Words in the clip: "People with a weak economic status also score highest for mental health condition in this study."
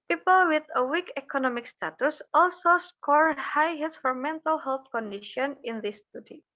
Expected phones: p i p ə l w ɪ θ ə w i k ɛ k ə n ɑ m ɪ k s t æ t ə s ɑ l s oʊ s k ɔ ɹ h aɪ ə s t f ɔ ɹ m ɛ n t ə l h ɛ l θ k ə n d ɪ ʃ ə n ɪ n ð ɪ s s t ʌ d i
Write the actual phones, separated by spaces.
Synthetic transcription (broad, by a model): p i p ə l w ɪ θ ə w i k ɛ k ə n ɑ m ɪ k s t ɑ t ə s ɑ l s oʊ s k ɔ ɹ h aɪ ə t f ɔ ɹ m ɛ n t ə l h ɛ l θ k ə n d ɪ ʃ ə n ɪ n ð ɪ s s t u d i